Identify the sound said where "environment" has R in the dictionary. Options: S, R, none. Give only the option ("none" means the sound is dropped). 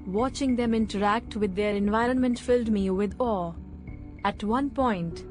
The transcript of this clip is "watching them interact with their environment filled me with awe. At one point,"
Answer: R